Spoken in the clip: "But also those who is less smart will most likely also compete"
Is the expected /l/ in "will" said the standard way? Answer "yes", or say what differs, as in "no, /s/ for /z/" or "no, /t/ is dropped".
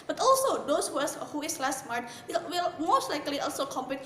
no, /w/ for /l/